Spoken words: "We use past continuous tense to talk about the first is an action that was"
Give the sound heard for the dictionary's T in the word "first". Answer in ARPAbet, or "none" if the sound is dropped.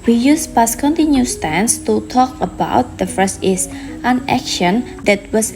none